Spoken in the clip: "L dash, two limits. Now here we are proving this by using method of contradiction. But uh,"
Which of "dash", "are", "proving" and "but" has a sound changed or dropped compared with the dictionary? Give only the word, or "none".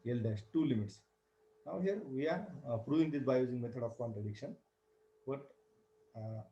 dash